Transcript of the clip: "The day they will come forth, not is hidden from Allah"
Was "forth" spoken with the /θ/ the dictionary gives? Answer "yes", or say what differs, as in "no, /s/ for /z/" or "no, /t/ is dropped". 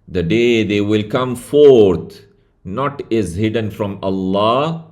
no, /t/ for /θ/